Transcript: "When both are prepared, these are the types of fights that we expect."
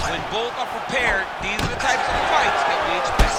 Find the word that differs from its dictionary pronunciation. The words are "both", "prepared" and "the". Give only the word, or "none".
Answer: none